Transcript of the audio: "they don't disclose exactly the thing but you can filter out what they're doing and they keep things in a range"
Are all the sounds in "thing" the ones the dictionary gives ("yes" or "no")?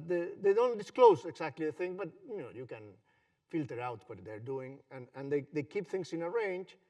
yes